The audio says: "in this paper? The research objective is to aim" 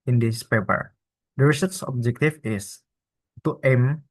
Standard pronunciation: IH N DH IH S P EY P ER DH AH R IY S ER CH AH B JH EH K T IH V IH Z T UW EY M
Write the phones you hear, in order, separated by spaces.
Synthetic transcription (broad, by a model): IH N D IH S P EY P ER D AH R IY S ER S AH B JH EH K T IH F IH S T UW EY M